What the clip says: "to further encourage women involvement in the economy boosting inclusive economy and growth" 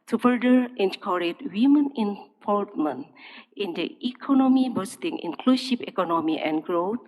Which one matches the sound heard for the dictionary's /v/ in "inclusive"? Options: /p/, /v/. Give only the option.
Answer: /p/